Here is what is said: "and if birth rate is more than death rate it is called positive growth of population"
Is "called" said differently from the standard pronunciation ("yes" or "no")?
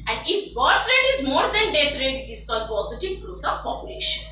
yes